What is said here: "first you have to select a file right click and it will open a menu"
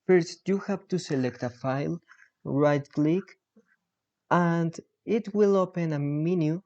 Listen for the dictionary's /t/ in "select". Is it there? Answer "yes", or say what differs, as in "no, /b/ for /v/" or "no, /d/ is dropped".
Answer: yes